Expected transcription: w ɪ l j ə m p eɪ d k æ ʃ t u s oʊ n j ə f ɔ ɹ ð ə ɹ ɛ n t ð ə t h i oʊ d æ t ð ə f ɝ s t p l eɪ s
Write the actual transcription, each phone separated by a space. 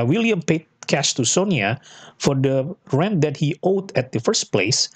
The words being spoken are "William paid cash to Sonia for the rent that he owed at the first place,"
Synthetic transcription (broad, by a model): w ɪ l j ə m p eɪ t k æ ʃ t u s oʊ n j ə f ɔ ɹ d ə ɹ ɛ n t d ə t h i oʊ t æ t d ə f ɝ s t p l eɪ s